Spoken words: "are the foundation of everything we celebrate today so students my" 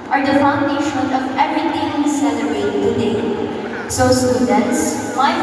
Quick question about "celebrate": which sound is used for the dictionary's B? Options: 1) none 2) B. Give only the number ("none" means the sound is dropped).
1